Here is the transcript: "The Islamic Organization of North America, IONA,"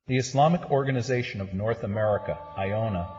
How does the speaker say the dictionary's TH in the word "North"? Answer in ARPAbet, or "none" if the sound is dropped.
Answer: TH